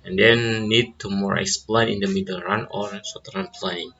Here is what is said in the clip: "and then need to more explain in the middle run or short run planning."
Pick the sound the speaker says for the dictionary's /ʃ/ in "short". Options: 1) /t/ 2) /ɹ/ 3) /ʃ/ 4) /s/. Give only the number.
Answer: 4